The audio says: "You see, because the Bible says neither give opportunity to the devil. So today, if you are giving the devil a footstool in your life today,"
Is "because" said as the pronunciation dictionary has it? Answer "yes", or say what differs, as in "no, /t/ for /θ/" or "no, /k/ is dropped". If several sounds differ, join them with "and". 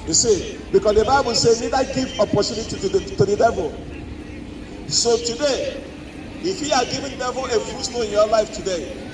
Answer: no, /s/ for /z/